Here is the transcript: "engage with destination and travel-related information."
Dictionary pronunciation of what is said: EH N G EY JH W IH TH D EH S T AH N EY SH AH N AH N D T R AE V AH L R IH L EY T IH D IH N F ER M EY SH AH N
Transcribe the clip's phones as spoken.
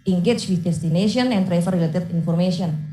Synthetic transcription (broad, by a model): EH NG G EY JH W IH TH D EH S T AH N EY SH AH N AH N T R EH F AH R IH L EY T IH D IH N F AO M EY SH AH N